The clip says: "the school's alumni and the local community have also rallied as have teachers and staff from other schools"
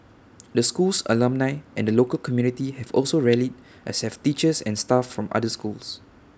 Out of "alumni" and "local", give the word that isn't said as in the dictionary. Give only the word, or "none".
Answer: none